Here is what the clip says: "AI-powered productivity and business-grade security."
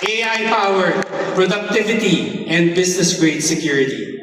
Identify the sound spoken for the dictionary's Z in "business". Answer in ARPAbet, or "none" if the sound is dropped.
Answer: S